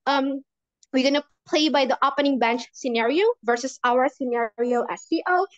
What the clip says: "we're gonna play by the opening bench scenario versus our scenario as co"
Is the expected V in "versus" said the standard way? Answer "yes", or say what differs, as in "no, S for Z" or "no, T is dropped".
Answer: yes